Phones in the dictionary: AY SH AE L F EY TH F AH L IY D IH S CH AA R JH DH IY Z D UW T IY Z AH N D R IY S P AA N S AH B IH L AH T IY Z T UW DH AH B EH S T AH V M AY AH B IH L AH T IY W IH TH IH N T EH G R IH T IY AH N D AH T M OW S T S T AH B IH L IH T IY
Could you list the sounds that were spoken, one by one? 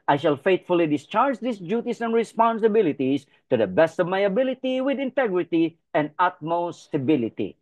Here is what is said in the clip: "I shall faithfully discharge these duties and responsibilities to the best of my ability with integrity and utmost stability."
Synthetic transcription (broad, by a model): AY SH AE L F EY T F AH L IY D IH S CH AA R JH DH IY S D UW T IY S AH N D R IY S P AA N S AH B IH L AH T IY S T UW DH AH B EH S T AH V M AY AH B IH L AH T IY W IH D IH N T EH G R IH T IY AH N D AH T M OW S S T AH B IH L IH T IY